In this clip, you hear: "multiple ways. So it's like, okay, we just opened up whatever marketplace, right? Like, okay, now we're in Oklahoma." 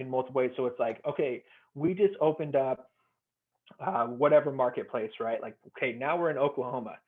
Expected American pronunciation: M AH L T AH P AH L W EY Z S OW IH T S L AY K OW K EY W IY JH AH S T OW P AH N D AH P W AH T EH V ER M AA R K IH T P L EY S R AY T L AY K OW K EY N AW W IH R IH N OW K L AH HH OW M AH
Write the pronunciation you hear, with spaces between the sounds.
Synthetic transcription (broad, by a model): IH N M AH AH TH W EY Z S OW IH T S L AY K OW K EY W IY JH AH S T OW P AH N D AH P W AH T EH V ER M AA R K IH T P L EY S R AY T L AY K OW K EY N AW W IH R IH N OW K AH HH OW M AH